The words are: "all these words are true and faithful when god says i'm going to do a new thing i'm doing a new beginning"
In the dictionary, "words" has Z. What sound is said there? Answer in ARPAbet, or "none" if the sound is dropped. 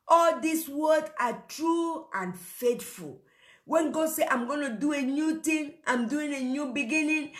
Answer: none